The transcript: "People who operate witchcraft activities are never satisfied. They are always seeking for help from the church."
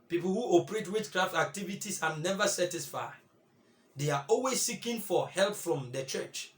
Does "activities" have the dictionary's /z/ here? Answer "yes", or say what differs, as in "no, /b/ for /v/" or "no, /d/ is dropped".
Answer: no, /s/ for /z/